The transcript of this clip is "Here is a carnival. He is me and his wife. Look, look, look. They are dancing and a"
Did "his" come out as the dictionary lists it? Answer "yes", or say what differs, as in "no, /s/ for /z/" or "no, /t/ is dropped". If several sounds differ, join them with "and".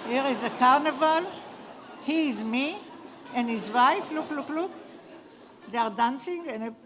yes